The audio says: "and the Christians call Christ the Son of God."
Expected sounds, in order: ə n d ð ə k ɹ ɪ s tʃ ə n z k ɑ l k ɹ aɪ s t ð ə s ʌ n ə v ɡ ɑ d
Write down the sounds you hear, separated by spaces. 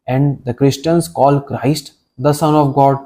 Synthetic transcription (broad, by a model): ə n d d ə k ɹ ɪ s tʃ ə n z k ɑ l k ɹ aɪ s t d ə s ʌ n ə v ɡ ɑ d